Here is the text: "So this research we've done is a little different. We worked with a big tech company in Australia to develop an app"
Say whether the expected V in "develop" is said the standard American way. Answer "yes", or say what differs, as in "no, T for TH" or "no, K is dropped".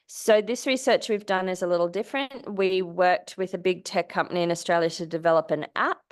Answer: yes